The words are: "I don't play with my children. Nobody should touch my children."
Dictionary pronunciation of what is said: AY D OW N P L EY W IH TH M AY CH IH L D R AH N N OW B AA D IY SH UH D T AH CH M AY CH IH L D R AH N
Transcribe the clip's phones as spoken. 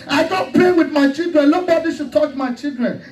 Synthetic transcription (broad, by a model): AY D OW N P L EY W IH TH M AY CH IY L D R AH N L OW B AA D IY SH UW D T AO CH M AY CH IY L D R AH N